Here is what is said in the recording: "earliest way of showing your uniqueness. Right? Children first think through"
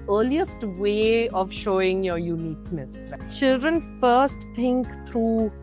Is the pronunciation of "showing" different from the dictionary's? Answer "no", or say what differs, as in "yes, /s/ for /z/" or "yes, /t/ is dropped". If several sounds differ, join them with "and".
no